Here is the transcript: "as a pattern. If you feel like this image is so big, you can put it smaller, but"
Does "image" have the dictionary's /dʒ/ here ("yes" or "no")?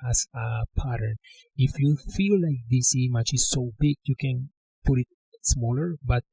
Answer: no